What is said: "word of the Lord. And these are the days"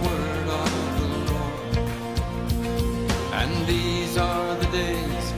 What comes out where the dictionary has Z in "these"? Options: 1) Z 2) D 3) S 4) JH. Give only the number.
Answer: 1